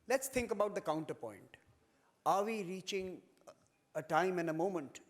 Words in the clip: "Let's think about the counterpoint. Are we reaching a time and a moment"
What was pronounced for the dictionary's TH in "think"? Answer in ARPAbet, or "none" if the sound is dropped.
T